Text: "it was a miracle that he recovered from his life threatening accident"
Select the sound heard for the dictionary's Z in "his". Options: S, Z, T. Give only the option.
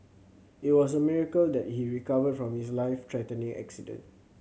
S